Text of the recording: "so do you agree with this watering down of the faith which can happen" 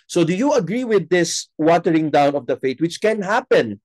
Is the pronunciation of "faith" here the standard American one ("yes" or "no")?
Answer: no